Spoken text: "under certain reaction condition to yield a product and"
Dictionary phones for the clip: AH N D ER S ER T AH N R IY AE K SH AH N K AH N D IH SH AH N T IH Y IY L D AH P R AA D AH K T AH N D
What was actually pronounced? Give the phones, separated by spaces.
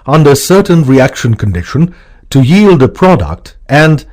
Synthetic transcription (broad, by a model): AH N D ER S ER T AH N R IY AE K SH AH N K AH N D IH SH AH N T IH Y IY L D AH P R AA D AH K T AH N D